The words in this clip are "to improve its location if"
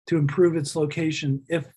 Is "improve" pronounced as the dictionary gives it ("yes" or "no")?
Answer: yes